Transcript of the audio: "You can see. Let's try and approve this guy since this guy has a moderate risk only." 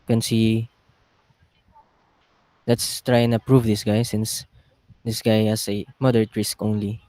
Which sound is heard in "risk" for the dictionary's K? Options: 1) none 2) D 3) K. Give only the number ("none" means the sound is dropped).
3